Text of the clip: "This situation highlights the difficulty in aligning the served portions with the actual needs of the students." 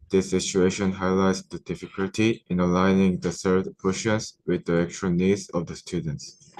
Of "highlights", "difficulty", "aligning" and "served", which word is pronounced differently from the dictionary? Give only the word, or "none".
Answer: served